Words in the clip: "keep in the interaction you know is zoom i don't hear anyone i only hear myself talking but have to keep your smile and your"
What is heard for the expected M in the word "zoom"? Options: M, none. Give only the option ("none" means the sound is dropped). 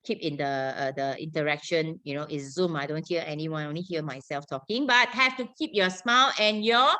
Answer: M